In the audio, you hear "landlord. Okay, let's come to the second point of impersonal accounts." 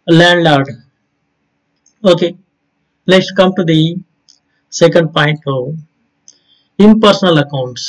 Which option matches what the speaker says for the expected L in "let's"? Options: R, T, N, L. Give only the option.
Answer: N